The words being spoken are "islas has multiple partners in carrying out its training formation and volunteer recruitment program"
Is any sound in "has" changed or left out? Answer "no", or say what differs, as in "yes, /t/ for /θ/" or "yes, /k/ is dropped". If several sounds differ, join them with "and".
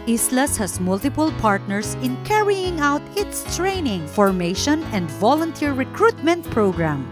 yes, /s/ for /z/